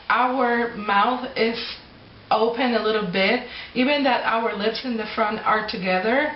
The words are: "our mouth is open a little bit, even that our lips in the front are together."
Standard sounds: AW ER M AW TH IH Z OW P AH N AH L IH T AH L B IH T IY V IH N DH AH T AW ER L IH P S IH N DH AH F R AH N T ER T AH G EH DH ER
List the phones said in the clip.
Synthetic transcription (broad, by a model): AW ER M AW TH IH Z OW P AH N AH L IH T L B IH T IY V IH N DH AH T AW ER L IH P S IH N DH AH F R AH N T ER T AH G EH DH ER